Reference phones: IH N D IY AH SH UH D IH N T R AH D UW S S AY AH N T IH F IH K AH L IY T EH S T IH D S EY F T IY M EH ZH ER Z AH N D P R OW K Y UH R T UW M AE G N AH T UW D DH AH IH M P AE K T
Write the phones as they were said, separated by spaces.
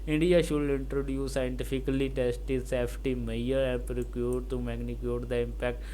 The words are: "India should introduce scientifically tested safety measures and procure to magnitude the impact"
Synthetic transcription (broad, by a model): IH N D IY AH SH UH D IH N T R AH D UW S S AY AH N T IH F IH K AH L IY T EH S T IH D S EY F T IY M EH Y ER AH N P R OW K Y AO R T UW M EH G N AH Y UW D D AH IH M P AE K T